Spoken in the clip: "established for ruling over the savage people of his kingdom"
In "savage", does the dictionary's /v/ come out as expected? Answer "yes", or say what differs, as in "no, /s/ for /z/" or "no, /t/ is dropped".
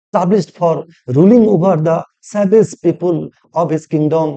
no, /b/ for /v/